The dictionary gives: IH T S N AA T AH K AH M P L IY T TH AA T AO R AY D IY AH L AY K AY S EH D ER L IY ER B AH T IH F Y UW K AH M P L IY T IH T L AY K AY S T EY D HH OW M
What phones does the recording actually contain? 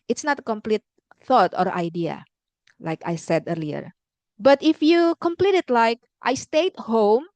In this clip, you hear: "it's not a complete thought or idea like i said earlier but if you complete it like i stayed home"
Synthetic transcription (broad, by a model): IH T S N AA T AH K AH M P L IY T TH AA T AO R AY D IY AH L AY K AY S EH D ER L IY ER B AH T IH F Y UW K AH M P L IY T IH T L AY K AY S T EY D HH OW M